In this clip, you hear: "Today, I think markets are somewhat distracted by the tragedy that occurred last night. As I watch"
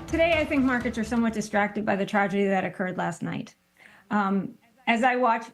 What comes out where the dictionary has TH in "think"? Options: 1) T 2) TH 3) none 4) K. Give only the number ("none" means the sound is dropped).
2